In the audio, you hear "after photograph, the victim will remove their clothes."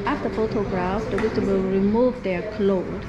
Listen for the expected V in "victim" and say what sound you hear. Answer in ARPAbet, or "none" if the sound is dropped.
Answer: W